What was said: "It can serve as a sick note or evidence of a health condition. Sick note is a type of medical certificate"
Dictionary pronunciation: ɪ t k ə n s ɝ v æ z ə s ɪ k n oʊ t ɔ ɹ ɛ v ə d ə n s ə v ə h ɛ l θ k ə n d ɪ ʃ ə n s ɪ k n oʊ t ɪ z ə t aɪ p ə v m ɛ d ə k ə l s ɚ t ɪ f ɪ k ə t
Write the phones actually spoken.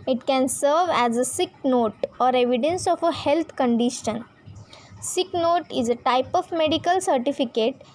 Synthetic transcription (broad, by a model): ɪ t k ə n s ɝ v æ z ə s ɪ k n oʊ t ɔ ɹ ɛ v ə d ə n s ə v ə h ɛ l t k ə n d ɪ ʃ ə n s ɪ k n oʊ t ɪ z ə t aɪ p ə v m ɛ d ə k ə l s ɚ t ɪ f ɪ k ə t